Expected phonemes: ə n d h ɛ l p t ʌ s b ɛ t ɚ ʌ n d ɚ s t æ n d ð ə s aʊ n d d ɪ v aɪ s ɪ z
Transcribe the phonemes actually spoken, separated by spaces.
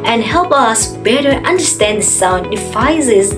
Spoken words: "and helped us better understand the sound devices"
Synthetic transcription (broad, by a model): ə n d h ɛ l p ʌ s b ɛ t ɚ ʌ n d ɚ s t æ n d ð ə s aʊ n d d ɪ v aɪ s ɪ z